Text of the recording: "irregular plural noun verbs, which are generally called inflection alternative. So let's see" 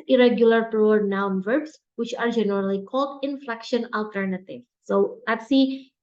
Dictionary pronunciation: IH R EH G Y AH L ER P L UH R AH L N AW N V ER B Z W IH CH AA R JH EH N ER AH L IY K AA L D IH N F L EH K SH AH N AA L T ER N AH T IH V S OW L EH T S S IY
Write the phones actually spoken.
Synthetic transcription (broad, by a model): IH R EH G Y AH L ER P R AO AH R N AW N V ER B S W IH CH AA R JH EH N ER AH L IY K AA L D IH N F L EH K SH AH N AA L T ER N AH T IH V S OW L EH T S S IY